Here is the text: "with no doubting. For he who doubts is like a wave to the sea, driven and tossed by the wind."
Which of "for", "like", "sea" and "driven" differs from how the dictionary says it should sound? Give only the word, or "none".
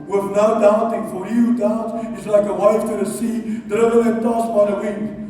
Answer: driven